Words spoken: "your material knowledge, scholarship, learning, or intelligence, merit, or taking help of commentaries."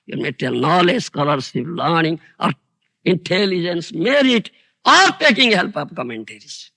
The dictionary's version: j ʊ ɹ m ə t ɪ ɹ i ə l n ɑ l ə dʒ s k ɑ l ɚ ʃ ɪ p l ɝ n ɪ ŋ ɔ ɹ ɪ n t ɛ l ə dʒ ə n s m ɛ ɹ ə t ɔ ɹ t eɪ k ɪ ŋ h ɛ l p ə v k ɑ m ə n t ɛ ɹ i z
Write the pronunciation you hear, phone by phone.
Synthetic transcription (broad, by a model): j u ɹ m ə t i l n ɑ l ə dʒ s k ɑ l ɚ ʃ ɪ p l ɝ n ɪ ŋ ɔ ɹ ɪ n t ɛ l ə dʒ ə n s m ɛ ɹ ə t ɔ ɹ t eɪ k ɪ ŋ h ɛ l p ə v k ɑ m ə n t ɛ ɹ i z